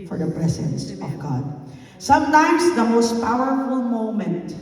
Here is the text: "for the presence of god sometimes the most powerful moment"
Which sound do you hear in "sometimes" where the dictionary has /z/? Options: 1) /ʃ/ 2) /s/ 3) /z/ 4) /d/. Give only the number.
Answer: 3